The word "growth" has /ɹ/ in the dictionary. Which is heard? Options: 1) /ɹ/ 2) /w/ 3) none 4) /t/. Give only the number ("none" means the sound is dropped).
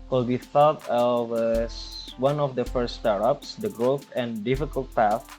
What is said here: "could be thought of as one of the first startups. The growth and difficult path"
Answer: 1